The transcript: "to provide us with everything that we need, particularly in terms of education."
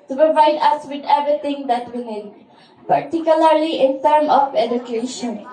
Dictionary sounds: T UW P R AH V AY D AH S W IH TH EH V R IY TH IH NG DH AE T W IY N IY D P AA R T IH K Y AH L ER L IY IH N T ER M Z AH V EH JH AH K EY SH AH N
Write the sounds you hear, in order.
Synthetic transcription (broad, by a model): T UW P R AH V AY D AH S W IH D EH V R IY T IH NG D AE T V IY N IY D P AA R T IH K Y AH L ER L IY IH N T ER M AH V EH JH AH K EY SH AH N